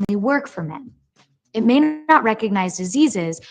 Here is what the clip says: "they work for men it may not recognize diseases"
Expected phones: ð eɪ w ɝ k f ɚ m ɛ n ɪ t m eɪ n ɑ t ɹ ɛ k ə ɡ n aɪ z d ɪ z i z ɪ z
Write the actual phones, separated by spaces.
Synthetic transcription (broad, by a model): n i w ɝ k f ɚ m ɛ n ɪ t m eɪ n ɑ t ɹ ɛ k ə ɡ n aɪ z d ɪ z i z ɪ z